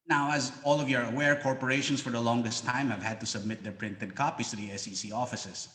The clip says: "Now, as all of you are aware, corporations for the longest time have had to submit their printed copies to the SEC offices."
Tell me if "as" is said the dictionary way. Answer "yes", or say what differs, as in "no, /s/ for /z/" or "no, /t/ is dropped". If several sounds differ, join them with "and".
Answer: yes